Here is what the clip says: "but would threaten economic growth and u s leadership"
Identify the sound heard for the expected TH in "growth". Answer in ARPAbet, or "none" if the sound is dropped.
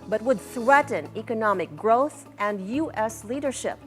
TH